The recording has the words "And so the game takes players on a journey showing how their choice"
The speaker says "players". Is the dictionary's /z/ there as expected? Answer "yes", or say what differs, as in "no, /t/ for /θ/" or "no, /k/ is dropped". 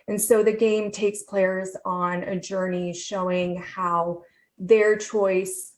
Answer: yes